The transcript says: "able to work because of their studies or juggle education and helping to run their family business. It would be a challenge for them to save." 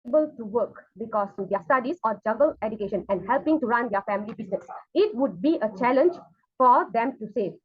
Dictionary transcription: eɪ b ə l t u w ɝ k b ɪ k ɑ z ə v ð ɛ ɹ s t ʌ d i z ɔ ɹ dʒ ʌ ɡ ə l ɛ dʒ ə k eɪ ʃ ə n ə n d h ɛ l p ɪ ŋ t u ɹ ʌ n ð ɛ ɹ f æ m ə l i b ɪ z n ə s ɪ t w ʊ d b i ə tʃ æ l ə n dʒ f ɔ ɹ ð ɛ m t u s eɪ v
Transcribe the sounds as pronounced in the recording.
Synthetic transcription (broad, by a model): b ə l t u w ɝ k b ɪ k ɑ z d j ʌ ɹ s t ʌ d i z ɔ ɹ dʒ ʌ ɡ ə l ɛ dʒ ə k eɪ ʃ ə n ə n d h ɛ l p ɪ ŋ t u ɹ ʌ n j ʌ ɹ f æ m ə l i b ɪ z n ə s ɪ t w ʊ d b i ə tʃ æ l ə n dʒ f ɔ ɹ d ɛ m t u s eɪ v